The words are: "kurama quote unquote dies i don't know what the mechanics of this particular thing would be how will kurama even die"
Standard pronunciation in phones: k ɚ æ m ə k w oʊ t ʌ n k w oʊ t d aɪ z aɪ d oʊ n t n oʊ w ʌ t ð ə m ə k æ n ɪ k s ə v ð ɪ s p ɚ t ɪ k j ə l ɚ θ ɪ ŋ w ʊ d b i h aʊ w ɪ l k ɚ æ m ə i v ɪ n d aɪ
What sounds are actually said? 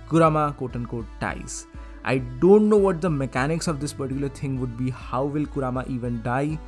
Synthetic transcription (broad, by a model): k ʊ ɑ m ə k oʊ t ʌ n k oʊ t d aɪ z aɪ d oʊ n t n oʊ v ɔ t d ə m ə k æ n ɪ k s ə v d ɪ s p ɚ t ɪ k j ə l ɚ t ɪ ŋ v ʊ d b i h aʊ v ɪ l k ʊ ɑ m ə i v ɪ n d aɪ